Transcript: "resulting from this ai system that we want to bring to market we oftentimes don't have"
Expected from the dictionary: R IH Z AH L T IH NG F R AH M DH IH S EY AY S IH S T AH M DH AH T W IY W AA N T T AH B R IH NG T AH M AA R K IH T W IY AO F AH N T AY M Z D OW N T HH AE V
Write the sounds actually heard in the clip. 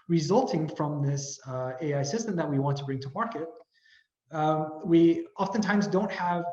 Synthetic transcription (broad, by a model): R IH Z AH L T IH NG F R AH M DH IH S EY AY S IH S T AH M DH AH T W IY W AA N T T AH B R IH NG T AH M AA R K IH T W IY AO F AH N T AY M Z D OW N T HH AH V